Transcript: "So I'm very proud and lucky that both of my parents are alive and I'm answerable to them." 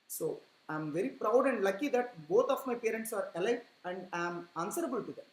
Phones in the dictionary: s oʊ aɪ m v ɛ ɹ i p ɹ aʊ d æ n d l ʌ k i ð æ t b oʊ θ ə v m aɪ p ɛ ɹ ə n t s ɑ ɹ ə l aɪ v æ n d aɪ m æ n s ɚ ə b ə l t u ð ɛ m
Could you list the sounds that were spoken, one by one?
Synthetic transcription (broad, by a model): s oʊ aɪ m v ɛ ɹ i p ɹ aʊ d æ n d l ʌ k i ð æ t b oʊ t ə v m aɪ p ɛ ɹ ə n t s ɑ ɹ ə l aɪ æ n d aɪ m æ n s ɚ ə b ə l t u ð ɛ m